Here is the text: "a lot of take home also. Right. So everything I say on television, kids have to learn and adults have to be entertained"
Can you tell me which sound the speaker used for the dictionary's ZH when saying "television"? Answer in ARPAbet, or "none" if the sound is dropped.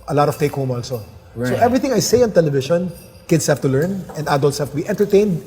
SH